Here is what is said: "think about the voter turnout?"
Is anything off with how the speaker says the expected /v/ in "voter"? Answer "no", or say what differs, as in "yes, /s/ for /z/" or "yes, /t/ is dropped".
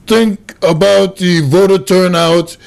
no